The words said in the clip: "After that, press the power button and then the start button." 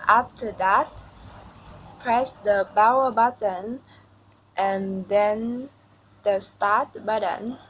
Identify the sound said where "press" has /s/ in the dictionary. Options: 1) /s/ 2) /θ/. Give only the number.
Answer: 1